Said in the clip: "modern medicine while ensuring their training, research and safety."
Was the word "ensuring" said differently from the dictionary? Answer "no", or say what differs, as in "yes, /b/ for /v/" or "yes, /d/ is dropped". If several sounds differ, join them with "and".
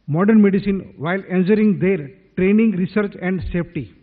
yes, /s/ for /ʃ/